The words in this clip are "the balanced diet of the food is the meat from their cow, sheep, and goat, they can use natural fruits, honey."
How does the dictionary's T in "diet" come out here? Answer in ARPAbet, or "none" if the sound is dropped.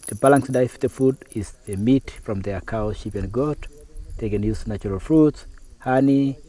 none